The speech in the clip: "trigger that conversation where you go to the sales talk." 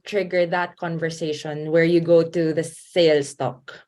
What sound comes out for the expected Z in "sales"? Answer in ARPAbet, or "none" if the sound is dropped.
S